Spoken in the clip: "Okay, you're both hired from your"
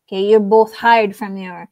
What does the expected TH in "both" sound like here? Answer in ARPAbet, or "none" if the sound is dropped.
TH